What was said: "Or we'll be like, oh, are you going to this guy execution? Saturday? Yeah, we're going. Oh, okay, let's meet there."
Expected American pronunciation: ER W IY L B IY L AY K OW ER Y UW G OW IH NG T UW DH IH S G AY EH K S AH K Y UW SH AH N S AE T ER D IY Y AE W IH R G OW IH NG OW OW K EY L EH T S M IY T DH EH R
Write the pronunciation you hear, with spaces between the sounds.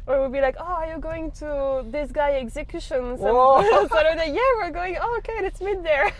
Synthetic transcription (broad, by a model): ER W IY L B IY L AY K OW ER Y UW G OW IH NG T UW DH IH S G AY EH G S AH K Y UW SH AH N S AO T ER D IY Y AE W IH R G OW IH NG OW OW K EY N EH T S M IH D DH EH R